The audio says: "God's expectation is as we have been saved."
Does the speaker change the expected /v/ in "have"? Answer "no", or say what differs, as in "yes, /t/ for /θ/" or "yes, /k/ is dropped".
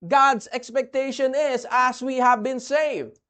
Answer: no